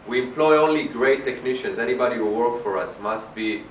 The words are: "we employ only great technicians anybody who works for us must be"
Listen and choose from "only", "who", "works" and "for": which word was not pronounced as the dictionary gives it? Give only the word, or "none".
works